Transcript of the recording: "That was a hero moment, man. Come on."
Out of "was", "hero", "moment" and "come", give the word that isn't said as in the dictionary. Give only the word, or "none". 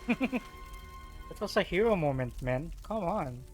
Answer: was